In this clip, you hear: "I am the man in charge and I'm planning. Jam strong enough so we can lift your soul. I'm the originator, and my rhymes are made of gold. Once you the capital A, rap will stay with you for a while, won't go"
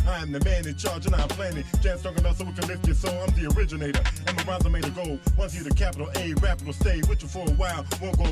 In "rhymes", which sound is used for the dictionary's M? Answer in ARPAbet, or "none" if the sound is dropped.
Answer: none